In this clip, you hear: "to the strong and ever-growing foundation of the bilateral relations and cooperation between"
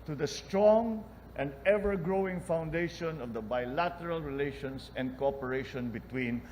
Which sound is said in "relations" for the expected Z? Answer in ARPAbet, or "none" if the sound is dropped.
S